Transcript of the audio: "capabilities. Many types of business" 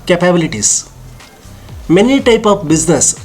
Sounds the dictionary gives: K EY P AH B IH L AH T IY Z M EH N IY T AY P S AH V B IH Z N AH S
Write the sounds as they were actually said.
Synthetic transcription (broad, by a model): K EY P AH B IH L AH T IY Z M EH N IY T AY P AH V B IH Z N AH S